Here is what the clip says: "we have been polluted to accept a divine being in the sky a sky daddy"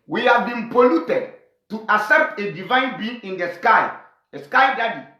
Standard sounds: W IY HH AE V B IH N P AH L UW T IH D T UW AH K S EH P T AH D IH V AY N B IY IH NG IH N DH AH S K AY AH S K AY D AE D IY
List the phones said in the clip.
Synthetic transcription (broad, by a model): W IY HH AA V B IH N P AH L UW T IH D T UW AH S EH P T AH D IH V AY N B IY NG IH N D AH S K AY AH S K AY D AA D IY